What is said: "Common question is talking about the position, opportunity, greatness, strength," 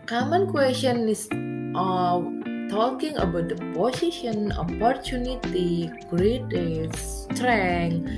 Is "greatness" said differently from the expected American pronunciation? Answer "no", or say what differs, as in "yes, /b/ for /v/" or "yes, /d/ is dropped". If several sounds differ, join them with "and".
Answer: yes, /n/ is dropped